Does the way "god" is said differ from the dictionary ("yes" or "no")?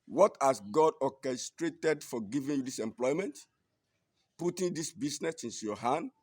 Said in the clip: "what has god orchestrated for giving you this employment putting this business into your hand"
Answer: no